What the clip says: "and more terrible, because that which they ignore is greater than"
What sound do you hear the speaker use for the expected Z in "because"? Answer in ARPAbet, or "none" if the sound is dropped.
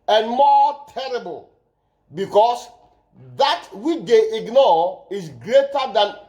S